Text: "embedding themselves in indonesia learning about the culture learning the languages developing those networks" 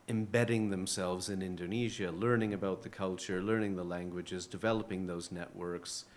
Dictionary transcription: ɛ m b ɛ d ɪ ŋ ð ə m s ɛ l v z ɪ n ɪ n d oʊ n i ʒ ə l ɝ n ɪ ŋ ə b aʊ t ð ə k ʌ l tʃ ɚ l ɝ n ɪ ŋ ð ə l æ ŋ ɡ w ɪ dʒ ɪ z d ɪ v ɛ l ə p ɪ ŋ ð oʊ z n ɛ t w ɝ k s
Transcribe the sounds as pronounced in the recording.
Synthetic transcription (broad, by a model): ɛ m b ɛ d ɪ ŋ ð ə m s ɛ l v z ɪ n ɪ n d oʊ n i ʒ ə l ɝ n ɪ ŋ ə b aʊ t ð ə k ʌ l tʃ ɚ l ɝ n ɪ ŋ ð ə l æ ŋ ɡ w ɪ dʒ ɪ z d ɪ v ɛ l ə p ɪ ŋ ð oʊ z n ɛ t w ɝ k s